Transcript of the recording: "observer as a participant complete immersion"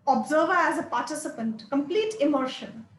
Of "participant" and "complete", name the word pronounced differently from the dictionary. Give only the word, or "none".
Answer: none